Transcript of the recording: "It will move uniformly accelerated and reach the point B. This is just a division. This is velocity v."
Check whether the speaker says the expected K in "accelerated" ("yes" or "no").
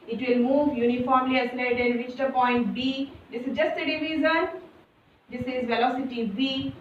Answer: no